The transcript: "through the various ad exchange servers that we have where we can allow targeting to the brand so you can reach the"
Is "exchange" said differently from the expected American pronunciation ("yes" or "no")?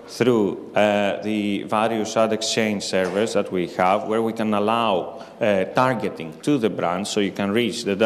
no